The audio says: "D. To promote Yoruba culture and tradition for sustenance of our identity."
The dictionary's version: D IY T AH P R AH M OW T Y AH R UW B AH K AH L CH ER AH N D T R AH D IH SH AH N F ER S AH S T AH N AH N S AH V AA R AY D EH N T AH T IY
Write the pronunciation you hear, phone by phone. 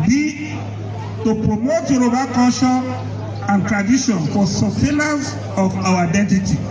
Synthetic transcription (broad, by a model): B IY T AH P R AH M OW T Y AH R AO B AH K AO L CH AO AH N T R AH D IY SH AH N F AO S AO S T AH L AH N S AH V AA W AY D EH N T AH T IY